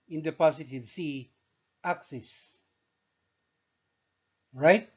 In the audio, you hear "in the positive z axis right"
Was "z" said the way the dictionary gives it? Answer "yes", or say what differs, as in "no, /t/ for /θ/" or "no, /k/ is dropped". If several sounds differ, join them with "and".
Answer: no, /s/ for /z/